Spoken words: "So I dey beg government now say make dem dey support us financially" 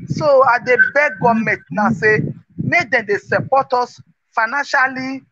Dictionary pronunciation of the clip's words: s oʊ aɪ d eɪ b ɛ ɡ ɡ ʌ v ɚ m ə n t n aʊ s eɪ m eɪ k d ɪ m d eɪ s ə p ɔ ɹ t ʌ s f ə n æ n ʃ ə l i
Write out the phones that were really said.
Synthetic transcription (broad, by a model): s oʊ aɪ d eɪ b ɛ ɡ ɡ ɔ m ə t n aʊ s eɪ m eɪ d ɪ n d eɪ s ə p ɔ t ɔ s f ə n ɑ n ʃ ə l i